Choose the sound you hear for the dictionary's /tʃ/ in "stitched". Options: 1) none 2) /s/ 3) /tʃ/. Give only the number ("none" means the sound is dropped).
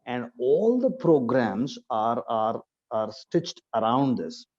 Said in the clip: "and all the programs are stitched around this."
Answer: 3